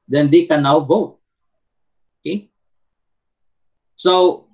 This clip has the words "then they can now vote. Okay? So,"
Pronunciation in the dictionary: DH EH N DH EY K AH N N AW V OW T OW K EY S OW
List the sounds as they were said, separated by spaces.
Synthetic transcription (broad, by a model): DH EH N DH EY K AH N N AW V OW T OW K EY S OW